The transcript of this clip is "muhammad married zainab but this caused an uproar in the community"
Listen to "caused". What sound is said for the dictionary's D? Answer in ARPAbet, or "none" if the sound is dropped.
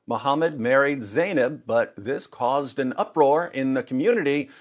D